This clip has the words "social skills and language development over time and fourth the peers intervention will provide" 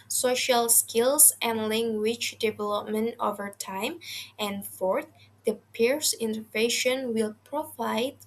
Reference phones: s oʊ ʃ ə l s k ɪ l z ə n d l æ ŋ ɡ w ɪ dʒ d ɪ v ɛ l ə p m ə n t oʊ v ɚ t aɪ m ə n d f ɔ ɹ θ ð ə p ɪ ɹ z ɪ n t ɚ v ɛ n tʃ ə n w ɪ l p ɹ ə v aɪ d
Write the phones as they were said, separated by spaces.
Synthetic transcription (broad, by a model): s oʊ ʃ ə l s k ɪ l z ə n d l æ ŋ ɡ w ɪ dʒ d ɪ v ɛ l ə p m ə n t oʊ v ɚ t aɪ m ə n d f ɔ ɹ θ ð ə p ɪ ɹ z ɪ n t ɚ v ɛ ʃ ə n w ɪ l p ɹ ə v aɪ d